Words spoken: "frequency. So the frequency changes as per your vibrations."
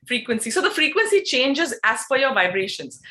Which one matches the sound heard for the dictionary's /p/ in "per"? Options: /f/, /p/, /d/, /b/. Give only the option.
/f/